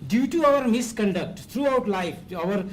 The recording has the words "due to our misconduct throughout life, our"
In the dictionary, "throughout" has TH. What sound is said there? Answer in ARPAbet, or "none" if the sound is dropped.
T